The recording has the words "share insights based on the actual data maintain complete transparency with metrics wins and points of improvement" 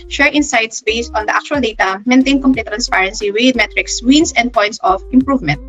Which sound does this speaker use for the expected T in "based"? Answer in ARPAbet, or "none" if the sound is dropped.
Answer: T